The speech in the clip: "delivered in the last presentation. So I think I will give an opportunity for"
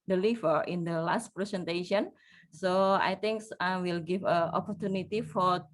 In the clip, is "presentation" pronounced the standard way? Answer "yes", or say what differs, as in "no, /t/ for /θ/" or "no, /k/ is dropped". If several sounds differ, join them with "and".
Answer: no, /s/ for /z/